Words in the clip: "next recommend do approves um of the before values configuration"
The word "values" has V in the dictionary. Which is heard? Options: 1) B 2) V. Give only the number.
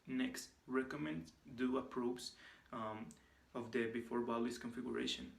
1